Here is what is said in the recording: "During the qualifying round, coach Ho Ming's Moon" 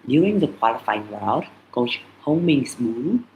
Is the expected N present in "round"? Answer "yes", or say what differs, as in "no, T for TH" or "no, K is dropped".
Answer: no, N is dropped